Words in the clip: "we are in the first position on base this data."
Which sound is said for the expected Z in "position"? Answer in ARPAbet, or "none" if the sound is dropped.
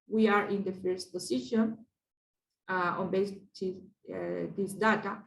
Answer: S